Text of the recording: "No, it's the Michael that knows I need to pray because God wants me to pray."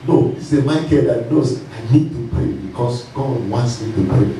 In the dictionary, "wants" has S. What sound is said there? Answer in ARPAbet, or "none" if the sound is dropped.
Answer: S